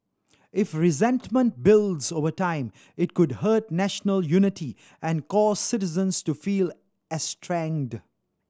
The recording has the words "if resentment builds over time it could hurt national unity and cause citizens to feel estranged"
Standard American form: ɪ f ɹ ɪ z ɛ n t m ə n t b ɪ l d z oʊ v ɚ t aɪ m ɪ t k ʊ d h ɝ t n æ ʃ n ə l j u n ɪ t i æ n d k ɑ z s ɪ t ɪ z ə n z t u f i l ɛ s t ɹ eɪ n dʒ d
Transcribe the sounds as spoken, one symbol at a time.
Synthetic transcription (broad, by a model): ɪ f ɹ ɪ z ɛ n t m ə n t b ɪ l d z oʊ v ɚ t aɪ m ɪ t k ʊ d h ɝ t n æ ʃ n ə l j u n ɪ t i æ n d k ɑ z s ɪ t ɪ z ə n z t u f i l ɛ s t ɹ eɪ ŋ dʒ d